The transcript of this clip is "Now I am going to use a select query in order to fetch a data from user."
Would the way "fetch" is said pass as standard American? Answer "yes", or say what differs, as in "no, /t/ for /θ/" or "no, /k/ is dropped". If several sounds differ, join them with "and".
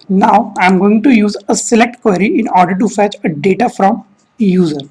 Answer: yes